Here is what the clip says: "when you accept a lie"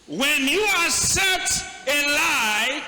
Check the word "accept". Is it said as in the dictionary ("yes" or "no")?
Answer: no